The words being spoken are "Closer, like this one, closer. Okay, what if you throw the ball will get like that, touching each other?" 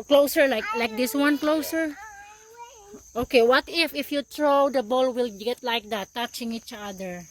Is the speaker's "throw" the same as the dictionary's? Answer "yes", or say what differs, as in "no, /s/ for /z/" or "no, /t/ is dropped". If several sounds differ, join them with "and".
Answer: no, /t/ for /θ/